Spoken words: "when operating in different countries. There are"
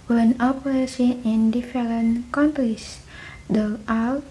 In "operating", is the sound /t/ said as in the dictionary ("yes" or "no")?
no